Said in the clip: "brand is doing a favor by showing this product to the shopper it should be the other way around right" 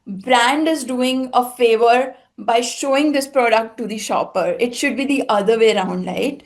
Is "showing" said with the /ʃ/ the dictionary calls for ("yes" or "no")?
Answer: yes